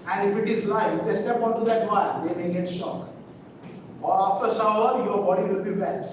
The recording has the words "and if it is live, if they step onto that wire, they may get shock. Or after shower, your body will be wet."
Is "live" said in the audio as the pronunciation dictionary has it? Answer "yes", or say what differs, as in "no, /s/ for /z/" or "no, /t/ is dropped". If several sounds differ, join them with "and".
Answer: no, /v/ is dropped